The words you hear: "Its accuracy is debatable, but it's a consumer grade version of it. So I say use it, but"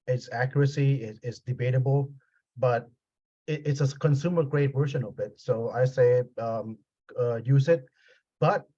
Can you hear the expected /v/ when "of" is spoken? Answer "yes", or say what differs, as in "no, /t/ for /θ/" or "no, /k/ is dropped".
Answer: no, /b/ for /v/